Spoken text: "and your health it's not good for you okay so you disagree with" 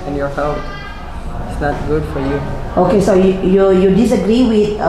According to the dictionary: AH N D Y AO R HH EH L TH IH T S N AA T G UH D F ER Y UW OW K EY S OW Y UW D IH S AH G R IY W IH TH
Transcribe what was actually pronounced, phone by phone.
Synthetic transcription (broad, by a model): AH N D Y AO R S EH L F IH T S N AA T G UH D F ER Y UW OW K EY S OW Y UW D IH S AH G R IY W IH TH